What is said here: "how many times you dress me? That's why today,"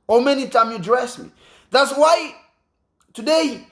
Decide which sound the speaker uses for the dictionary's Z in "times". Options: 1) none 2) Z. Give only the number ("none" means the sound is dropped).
1